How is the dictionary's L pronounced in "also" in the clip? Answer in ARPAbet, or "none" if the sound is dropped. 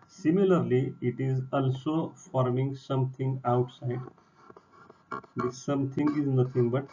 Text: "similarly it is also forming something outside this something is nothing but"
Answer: L